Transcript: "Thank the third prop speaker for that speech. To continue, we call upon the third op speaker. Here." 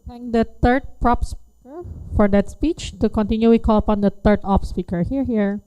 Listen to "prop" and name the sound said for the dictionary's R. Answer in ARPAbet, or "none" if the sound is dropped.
R